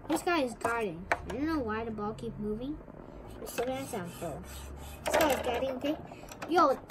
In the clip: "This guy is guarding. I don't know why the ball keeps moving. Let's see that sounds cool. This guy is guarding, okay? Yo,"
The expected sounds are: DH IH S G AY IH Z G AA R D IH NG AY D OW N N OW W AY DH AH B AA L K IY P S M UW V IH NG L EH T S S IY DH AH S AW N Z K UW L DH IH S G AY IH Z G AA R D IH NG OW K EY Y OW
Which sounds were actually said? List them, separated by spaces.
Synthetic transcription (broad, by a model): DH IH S G AY IH Z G AA R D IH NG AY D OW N N OW W AY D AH B AA L K IY P M UW V IH NG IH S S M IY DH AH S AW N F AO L DH IH S G AY IH Z G AA R D IH NG OW K EY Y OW